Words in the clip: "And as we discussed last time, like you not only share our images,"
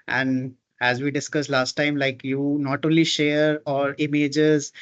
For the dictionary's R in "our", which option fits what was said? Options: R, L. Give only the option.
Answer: R